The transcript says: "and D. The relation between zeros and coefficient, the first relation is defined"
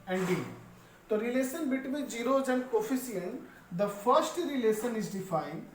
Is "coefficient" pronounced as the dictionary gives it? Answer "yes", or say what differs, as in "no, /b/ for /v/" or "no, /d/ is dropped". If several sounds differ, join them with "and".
no, /s/ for /ʃ/